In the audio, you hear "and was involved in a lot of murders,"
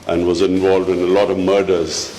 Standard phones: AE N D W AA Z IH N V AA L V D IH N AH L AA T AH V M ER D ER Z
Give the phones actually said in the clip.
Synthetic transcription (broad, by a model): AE N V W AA Z IH N V AA L V D IH N AH L AA T AH V M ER D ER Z